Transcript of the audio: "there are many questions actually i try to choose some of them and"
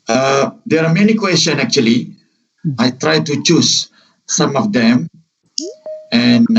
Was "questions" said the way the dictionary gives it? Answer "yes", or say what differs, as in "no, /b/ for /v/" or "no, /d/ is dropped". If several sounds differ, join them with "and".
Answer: no, /z/ is dropped